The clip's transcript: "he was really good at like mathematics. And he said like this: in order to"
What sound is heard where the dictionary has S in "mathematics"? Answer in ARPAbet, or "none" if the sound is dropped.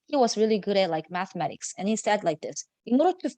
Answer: S